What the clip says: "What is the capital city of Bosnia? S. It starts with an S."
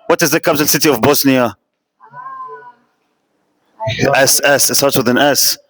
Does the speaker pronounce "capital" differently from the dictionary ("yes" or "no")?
yes